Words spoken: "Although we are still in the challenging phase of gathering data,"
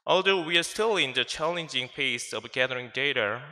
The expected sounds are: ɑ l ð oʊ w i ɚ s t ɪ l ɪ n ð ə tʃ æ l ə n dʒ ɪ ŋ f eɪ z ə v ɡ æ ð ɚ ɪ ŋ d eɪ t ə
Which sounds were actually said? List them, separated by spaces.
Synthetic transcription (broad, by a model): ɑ l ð oʊ w i ɚ s t ɪ l ɪ n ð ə tʃ æ l ə n dʒ ɪ ŋ p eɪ s ə v ɡ æ ð ɚ ɪ ŋ d eɪ t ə